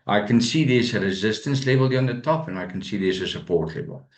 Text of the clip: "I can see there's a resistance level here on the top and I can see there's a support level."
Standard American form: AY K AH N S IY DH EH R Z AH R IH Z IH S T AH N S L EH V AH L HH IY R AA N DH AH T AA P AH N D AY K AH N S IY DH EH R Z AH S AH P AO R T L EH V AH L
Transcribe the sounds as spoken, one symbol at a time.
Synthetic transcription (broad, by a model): AY K AH N S IY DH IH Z AH R IH Z IH S T AH N S L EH AH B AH L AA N DH AH T AA P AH N AY K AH N S IY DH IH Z AH S AH P AO R T L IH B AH L